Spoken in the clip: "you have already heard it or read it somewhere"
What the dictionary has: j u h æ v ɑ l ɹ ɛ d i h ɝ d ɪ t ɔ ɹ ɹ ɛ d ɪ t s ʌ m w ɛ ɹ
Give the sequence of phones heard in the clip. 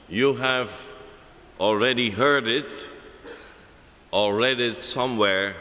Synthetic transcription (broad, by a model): j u h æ v ɑ l ɹ ɛ d i h ɝ d ɪ t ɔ l ɹ ɛ d ɪ t s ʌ m w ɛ ɹ